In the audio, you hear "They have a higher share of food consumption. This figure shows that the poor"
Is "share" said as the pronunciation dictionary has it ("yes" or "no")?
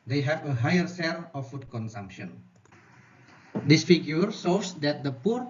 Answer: no